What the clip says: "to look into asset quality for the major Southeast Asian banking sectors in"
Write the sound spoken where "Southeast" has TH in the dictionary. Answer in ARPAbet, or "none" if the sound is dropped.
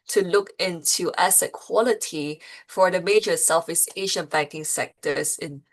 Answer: F